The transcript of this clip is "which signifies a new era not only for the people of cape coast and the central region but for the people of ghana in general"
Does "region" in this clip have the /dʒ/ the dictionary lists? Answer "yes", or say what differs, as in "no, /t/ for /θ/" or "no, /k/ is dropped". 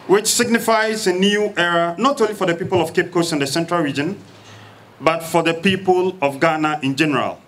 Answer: yes